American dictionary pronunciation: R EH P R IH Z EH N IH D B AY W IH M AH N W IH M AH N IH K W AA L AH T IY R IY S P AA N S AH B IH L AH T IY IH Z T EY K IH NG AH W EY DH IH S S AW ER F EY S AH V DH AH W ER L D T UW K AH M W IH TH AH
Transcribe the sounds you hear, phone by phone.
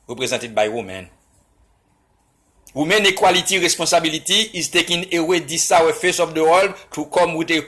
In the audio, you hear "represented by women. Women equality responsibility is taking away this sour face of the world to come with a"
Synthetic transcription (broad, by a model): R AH P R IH Z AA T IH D B AY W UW M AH N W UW M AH N IH K W AA L AH T IY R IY S P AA S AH B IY L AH T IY IH Z T EY K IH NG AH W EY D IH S S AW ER F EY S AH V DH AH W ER L D T UW K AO M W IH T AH